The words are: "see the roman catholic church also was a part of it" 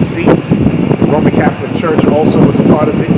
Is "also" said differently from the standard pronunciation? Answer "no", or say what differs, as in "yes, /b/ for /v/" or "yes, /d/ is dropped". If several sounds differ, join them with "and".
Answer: no